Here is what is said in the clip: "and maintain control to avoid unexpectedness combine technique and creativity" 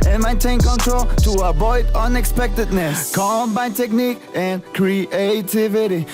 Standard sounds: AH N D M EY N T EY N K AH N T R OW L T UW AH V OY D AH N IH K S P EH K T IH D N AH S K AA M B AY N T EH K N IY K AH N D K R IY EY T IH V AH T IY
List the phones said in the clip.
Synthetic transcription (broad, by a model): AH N M EY N T EY N K AH N T R OW L T UW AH B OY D AH N IH K S P EH K T IH D N AH S K AA M B AY N T EH K N IY K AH N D K R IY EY T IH V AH T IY